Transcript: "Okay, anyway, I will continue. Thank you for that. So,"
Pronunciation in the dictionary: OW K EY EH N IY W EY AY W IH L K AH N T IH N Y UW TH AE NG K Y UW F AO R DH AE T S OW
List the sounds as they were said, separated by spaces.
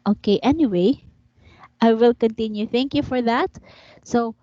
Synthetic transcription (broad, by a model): OW K EY EH N IY W EY AY W IH L K AH N T IH N Y UW TH AE NG K Y UW F AO R DH AE T S OW